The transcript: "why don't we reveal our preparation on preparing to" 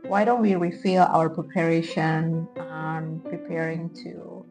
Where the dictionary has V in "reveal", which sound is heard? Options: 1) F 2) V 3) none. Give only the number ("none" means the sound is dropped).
1